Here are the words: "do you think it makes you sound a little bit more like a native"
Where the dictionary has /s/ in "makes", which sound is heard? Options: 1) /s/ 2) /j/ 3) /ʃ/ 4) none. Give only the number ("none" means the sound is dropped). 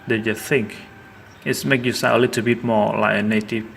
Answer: 4